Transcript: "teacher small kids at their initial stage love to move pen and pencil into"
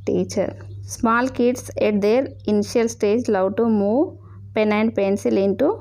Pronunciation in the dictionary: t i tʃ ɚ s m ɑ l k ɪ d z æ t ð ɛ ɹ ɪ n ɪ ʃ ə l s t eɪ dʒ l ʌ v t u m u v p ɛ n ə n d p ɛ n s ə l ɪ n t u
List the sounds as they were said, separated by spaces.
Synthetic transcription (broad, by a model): t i tʃ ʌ s m ɑ l k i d s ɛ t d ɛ ɹ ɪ n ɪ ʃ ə l s t eɪ dʒ l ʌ w t u m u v p ɛ n ə n d p ɛ n s ə l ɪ n t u